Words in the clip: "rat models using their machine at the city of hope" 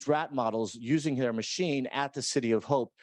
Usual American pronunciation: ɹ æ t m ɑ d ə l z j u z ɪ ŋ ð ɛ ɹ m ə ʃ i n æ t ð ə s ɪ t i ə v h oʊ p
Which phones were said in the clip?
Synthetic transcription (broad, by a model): ɹ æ t m ɑ d l z j u z ɪ ŋ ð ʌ ɹ m ə ʃ i n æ t ð ə s ɪ t i ə v h oʊ p